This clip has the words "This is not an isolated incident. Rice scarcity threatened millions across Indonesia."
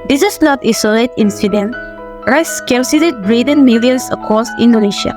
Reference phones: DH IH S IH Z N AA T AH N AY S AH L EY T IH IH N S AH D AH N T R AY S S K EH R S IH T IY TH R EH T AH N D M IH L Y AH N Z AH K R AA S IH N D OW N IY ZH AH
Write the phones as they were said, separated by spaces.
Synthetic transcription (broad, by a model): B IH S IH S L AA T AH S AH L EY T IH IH N S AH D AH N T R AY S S K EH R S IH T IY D R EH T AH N M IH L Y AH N S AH K AA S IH N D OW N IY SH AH